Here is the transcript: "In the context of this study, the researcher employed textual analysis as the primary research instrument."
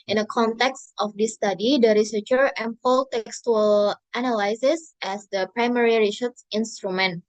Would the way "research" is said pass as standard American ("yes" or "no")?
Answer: no